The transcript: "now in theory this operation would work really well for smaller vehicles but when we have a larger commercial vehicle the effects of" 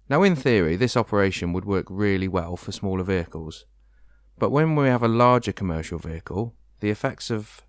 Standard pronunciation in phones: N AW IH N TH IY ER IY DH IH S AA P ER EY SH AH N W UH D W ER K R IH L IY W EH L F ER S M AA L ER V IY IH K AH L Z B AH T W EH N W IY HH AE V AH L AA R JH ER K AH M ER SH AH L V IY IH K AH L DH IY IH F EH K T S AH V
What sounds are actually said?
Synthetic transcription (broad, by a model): N AW IH N TH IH ER IY DH IH S AA P ER EY SH AH N W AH D W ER K R IH L IY W EH L F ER S M AA L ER V IY IH K AH L Z B AH T W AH N W IY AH V AH L AA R JH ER K AH M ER SH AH L V IY IH K AH L DH IY IH F EH K T S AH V